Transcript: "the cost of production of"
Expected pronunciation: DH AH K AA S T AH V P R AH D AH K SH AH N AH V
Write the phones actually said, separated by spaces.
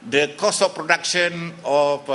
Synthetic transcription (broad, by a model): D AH K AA S AH F P R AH D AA K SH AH N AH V